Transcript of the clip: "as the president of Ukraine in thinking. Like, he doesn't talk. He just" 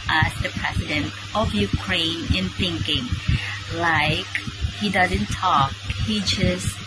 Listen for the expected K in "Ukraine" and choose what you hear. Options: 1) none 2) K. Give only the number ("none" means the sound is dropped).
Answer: 2